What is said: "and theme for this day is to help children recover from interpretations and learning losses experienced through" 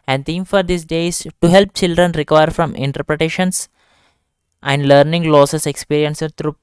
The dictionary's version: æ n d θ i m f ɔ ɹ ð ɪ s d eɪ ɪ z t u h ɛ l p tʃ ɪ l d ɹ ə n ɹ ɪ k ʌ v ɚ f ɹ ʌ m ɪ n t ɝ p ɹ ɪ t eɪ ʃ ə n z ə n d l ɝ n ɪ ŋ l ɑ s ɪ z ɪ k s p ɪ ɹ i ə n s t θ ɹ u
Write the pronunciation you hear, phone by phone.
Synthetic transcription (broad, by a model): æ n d t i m f ɔ ɹ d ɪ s d eɪ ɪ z t u h ɛ l p tʃ ɪ l d ɹ ə n ɹ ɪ k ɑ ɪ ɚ f ɹ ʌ m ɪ n t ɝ p ɹ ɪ t eɪ ʃ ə n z ə n d l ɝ n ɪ ŋ l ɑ s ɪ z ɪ k s p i ɹ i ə n s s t ɹ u